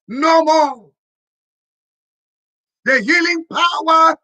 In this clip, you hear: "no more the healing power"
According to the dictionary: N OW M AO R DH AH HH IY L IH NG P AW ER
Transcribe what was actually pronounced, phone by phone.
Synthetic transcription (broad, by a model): N OW M AO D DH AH HH IY L IH NG P AW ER